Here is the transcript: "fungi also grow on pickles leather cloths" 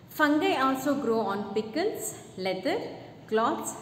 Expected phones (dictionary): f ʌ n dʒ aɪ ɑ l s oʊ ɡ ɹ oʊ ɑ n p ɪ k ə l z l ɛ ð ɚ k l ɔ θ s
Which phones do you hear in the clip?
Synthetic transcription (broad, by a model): f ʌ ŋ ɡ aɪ ɑ l s oʊ ɡ ɹ oʊ ɑ n p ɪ k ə l s l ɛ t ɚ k l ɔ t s